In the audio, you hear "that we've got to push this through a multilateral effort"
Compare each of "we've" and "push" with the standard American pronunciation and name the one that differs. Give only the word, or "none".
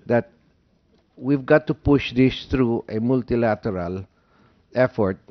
none